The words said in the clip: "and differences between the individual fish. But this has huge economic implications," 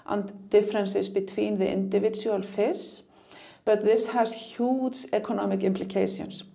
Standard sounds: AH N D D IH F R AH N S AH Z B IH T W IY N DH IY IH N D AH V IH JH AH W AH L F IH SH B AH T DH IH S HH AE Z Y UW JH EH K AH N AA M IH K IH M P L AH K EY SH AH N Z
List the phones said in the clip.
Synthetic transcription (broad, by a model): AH N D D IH F R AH N S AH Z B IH T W IY N DH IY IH N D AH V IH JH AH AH L F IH S B AH T DH IH S HH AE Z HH UW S EH K AH N AA M IH K IH M P L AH K EY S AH N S